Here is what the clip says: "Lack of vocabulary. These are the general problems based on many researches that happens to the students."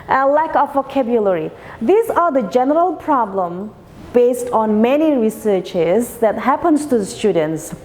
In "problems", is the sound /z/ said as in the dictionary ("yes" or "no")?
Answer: no